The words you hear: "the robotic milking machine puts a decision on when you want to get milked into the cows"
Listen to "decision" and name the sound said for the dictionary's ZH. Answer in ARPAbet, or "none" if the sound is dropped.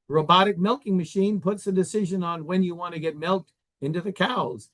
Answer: ZH